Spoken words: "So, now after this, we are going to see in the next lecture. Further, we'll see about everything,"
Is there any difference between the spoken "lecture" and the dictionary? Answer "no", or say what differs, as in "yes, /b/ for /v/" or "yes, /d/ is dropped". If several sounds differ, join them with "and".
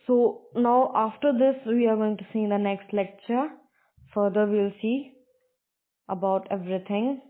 no